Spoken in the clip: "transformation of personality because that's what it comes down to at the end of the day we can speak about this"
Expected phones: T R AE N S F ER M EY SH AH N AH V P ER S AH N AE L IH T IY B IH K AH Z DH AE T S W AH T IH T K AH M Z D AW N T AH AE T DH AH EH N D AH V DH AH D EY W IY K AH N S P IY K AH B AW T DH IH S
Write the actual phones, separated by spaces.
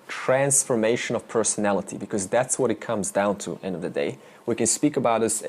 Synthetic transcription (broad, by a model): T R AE N S F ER M EY SH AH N AH V P ER S AH N AE L IH T IY B IH K AH Z DH AE T S W AH T IH T K AH M Z D AW N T T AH EH N D AH V DH AH D EY W IY K AH N S P IY K AH B AW T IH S